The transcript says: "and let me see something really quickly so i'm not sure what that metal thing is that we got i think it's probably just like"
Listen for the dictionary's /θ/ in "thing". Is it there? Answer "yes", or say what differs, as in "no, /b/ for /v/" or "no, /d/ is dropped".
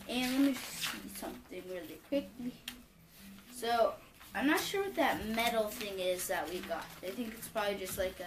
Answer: yes